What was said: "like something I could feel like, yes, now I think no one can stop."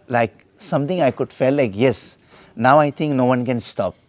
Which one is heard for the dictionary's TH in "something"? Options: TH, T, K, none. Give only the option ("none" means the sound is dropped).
T